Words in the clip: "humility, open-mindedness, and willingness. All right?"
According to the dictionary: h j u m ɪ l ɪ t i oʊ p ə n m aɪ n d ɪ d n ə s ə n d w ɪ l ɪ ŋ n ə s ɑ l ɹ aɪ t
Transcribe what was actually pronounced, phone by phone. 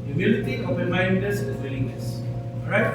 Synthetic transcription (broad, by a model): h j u m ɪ l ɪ t i oʊ p ə n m aɪ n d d ə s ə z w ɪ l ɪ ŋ l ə s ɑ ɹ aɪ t